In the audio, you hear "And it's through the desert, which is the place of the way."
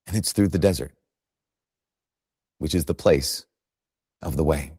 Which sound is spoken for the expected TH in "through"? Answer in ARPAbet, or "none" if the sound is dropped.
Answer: TH